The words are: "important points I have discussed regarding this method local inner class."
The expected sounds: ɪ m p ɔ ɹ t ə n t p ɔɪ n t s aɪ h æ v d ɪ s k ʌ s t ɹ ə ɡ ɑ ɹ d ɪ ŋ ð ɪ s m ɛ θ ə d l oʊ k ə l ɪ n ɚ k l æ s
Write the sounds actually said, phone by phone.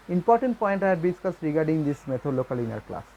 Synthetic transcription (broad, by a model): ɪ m p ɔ ɹ t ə n t p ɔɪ n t aɪ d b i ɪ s k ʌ s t ɹ ə ɡ ɑ ɹ d ɪ ŋ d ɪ s m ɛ t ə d l oʊ k ə l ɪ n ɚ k l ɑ s